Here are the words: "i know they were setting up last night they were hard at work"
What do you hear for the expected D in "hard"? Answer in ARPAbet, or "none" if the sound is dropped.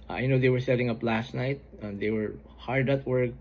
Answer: D